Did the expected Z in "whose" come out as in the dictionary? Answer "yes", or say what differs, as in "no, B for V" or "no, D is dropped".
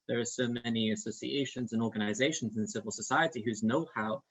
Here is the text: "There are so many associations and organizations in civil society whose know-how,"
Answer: yes